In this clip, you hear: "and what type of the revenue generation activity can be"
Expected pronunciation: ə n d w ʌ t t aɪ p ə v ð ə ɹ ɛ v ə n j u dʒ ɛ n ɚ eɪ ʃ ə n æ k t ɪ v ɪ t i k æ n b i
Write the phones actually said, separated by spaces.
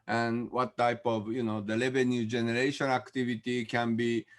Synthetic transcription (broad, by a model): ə n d w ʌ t t aɪ p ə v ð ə l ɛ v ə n j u dʒ ɛ n ɚ eɪ ʃ ə n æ k t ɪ v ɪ t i k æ n b i